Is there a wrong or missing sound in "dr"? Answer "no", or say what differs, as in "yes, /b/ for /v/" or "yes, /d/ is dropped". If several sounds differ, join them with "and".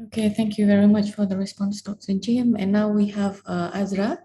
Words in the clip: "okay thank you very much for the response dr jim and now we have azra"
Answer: yes, /s/ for /t/